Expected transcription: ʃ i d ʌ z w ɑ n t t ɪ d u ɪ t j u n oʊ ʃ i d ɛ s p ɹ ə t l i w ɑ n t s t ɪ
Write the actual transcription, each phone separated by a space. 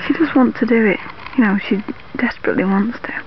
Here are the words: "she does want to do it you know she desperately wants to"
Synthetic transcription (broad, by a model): ʃ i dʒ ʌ s w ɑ n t t ɪ d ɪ ɪ t j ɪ n oʊ ʃ i d ɛ s p ɹ ə t l i w ɑ n t s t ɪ